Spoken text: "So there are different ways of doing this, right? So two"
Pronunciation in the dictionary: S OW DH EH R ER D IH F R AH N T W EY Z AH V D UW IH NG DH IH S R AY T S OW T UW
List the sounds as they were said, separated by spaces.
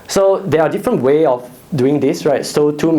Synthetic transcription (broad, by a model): S OW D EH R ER D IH F R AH N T W EY AH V D UW IH NG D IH S R AY T S OW T UW